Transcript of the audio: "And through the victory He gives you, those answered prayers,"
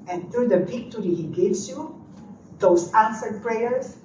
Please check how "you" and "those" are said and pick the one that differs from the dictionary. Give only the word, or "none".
those